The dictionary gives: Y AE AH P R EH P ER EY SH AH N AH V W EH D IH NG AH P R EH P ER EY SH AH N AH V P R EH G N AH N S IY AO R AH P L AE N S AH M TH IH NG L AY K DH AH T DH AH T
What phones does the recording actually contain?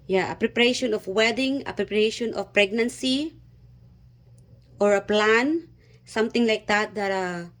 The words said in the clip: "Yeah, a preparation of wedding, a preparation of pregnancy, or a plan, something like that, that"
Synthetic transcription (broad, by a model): Y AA AH P R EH P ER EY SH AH N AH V W EH D IH NG AH P R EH P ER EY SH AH N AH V P R EH G N AH N S IY AO R AH P L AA N S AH M T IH NG L AY K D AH T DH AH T